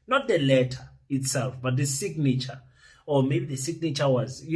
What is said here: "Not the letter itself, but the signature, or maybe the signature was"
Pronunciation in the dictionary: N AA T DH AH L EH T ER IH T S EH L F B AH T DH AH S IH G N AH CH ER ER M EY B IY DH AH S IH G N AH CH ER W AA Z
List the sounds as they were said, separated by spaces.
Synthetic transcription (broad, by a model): N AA T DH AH L EH T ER IH T S EH L F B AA T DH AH S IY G N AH CH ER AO M EY B IY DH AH S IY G N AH CH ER W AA Z